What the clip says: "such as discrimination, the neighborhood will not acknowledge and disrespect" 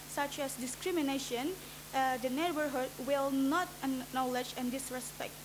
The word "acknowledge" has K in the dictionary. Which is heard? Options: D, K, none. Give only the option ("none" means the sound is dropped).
none